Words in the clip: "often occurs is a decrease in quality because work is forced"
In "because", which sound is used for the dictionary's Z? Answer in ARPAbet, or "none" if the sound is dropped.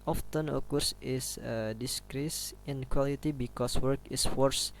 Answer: S